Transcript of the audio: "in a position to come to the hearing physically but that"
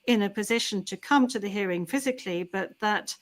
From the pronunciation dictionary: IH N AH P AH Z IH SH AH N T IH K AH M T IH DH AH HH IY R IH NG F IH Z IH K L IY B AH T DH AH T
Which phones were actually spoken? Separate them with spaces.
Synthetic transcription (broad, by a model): IH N AH P AH Z IH SH AH N T IH K AH M T IH DH AH HH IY R IH NG F IH Z IH K L IY B AH T DH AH T